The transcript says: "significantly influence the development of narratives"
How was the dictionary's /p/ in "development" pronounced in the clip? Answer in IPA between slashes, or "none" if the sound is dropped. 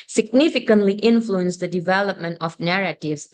/p/